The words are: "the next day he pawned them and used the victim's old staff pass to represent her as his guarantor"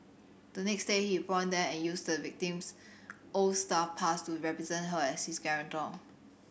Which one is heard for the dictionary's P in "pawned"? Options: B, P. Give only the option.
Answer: B